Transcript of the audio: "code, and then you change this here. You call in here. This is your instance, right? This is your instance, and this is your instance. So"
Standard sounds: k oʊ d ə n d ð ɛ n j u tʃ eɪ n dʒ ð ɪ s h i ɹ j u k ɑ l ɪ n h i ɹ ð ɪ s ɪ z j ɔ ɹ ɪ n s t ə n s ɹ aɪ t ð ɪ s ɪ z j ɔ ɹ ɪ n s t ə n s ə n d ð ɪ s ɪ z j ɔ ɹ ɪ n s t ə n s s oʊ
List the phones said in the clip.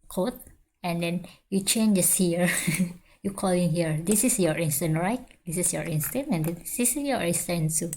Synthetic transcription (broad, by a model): k oʊ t ə n d ɛ n j u tʃ eɪ n dʒ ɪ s h i ɹ j u k ɑ l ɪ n h i ɹ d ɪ s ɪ s j ɔ ɹ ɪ n s t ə n ɹ aɪ t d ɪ s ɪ s j ɔ ɹ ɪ n s t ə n ə n d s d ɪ s j ɔ ɹ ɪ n s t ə n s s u